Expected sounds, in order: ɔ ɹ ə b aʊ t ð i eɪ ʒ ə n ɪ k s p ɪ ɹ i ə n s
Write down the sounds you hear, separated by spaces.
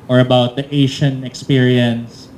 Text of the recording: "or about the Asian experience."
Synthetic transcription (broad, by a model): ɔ ɹ ə b aʊ t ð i eɪ ʃ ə n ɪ k s p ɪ ɹ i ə n s